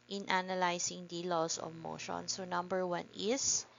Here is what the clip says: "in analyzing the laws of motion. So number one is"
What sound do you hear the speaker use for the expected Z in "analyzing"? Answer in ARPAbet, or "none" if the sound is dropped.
S